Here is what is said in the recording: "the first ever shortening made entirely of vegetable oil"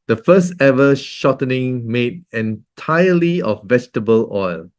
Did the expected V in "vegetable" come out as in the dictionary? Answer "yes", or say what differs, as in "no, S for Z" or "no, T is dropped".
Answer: yes